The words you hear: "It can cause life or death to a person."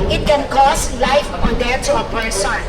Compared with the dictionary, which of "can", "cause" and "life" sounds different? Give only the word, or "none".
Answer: cause